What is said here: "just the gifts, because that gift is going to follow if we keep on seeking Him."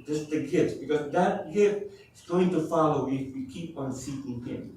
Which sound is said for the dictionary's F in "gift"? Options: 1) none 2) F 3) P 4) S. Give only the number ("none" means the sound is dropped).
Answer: 1